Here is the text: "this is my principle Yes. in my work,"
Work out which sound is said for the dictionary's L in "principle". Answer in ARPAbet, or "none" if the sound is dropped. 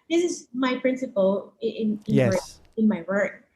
N